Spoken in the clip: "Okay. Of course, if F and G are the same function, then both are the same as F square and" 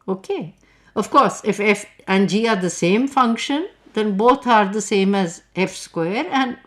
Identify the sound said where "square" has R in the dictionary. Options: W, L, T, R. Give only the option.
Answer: R